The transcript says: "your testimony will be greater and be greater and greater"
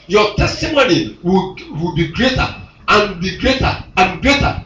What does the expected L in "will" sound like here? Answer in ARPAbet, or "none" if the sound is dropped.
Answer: W